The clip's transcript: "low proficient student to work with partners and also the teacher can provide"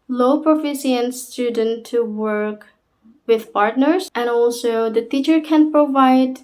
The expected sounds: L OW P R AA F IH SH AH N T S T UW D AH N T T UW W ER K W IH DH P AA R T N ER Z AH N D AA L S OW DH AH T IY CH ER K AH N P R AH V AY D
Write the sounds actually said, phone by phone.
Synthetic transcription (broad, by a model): L OW P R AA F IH S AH N S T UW D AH N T T UW W ER K W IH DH P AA R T N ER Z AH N AA L S OW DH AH T IY CH ER K AH N P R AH V AY D